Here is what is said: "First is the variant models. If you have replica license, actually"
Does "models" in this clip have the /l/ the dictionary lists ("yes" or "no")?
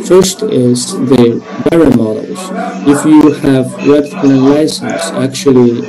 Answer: no